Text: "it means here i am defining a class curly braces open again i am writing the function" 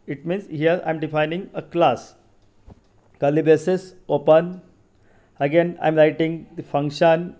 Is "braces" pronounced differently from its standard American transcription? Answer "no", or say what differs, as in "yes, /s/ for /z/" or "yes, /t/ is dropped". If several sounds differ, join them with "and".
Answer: yes, /ɹ/ is dropped